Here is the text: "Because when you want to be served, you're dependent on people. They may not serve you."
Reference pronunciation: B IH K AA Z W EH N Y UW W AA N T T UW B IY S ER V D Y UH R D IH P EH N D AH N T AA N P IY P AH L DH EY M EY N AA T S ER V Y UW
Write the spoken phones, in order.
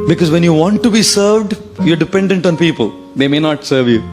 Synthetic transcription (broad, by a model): B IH K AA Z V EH N Y UW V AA N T T UW B IY S ER V D Y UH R D IH P EH N D AH N T AA N P IY P AH L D EY M EY N AA T S ER V Y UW